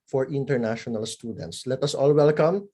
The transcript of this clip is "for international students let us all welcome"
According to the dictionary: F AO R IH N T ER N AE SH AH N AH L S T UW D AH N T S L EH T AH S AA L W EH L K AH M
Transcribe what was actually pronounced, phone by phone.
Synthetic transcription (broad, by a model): F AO R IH N T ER N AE SH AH N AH L S T UW D AH N T S L EH T AH S AA L W EH L K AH M